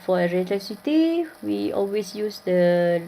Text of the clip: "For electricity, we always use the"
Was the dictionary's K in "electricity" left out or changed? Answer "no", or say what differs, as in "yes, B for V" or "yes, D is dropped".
yes, K is dropped